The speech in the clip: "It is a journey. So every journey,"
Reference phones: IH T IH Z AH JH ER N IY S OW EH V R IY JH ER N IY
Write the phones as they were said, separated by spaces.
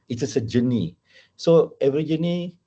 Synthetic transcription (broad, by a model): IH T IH S AH JH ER N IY S OW EH V R IY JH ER N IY